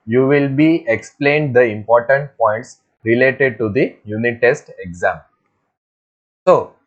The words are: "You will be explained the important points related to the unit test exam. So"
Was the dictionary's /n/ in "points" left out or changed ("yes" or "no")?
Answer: no